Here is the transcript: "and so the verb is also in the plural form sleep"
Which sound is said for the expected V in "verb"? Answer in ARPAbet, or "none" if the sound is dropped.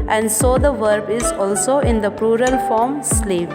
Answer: V